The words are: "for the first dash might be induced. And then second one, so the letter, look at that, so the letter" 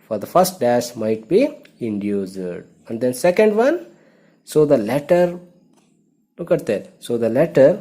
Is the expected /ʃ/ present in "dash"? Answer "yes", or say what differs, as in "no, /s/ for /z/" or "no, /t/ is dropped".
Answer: no, /s/ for /ʃ/